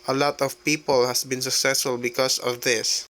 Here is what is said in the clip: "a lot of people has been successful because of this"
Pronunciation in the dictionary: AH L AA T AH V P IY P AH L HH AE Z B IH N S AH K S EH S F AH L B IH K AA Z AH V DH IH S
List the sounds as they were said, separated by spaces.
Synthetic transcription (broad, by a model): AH L AA T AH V P IY P AH L HH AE S B IH N S AH K S EH S F AH L B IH K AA S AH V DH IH S